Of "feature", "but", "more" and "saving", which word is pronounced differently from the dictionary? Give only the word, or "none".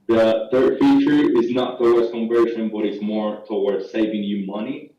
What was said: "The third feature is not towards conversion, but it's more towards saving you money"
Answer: none